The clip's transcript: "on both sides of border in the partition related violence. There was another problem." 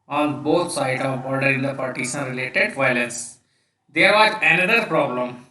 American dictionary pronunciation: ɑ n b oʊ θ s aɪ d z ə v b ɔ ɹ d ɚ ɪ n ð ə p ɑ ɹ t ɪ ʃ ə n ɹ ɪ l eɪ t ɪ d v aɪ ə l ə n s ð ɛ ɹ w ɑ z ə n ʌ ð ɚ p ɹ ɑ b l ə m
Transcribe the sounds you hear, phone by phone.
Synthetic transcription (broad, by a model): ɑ n b oʊ t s aɪ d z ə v b ɔ ɹ d ɚ ɪ n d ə p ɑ ɹ t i s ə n ɹ ɪ l eɪ t ɪ d v aɪ ə l ə n s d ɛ ɹ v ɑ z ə n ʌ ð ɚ p ɹ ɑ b l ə m